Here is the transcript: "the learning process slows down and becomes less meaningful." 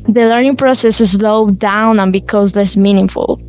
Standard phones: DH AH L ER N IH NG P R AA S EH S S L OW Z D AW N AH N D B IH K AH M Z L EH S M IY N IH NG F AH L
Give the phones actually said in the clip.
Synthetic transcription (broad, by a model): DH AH L ER N IH NG P R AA S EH S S L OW D AW N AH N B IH K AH Z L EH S M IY N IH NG F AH L